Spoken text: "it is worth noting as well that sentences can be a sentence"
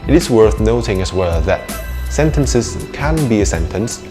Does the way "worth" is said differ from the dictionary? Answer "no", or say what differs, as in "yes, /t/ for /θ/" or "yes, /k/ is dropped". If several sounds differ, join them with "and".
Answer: no